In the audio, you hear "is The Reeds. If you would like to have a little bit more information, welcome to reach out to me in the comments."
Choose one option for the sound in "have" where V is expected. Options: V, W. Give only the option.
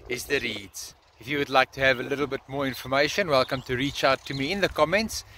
V